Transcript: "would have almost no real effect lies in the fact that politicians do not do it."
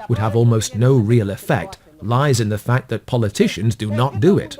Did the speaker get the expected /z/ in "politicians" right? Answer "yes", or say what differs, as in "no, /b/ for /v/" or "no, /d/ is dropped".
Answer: yes